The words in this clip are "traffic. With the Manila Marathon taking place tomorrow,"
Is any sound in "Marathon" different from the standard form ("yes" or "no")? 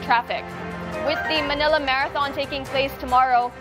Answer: no